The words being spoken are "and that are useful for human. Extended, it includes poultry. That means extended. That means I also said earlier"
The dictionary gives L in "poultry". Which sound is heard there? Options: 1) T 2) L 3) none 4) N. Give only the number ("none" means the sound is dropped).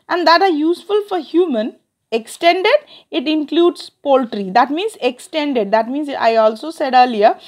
2